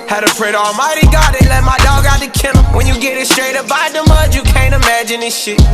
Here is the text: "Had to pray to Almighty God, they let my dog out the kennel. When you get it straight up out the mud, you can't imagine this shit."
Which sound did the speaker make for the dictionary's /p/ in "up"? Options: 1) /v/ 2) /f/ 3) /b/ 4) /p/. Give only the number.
3